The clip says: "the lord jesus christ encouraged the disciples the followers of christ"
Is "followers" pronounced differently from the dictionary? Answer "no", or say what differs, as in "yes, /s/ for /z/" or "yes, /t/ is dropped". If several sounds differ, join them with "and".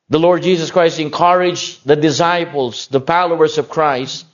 yes, /p/ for /f/